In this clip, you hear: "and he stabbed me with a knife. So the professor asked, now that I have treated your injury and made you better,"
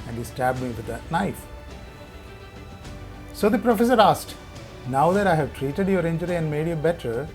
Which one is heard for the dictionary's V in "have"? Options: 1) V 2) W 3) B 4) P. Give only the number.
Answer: 1